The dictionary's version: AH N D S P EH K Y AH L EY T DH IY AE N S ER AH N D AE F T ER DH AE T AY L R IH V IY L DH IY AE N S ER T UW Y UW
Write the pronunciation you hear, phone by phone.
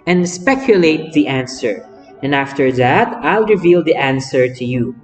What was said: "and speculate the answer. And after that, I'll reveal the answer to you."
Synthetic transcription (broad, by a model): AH N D S P EH K Y AH L EY T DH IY AE N S ER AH N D AE F T ER DH AE T AY L R IH V IY L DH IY AE N S ER T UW Y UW